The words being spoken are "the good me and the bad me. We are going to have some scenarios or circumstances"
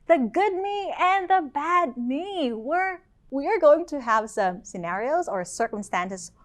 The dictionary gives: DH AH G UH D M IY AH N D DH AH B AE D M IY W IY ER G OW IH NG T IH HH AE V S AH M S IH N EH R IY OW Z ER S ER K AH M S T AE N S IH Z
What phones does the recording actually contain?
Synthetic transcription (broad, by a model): DH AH G UH D M IY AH N DH AH B AE D M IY W IY ER G OW IH NG T IH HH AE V S AH M S IH N EH R IY OW Z ER S ER K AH M S T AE N S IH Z